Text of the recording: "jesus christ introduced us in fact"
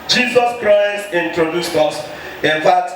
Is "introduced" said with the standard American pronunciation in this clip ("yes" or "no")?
yes